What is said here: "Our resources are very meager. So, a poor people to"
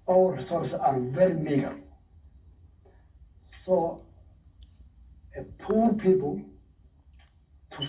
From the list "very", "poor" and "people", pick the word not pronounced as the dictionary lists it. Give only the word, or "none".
none